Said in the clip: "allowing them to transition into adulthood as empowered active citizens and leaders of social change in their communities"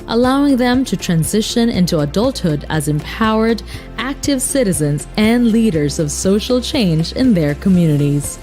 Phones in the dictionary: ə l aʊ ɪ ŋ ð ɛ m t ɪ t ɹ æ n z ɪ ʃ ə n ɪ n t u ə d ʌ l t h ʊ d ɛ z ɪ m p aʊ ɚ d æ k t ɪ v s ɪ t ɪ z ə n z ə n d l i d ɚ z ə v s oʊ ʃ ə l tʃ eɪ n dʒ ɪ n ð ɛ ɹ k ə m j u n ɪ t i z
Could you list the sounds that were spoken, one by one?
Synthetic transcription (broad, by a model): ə l aʊ ɪ ŋ ð ɛ m t ɪ t ɹ æ n z ɪ ʃ ə n ɪ n t u ə d ʌ l t h ʊ d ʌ z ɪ m p aʊ ɚ d æ k t ɪ v s ɪ t ɪ z ə n z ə n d l i d ɚ z ə v s oʊ ʃ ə l tʃ eɪ n dʒ ɪ n ð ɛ ɹ k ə m j u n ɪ t i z